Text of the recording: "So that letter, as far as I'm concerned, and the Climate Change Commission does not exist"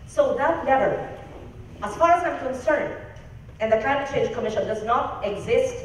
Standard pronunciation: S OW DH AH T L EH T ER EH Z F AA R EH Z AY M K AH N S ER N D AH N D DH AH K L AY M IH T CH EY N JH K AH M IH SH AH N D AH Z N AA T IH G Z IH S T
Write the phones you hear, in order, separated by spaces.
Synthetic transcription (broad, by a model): S OW DH AH T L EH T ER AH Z F AA R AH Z AY M K AH N S ER N D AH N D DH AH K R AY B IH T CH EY JH K AH M IH SH AH N D AH Z N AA T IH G Z IH S T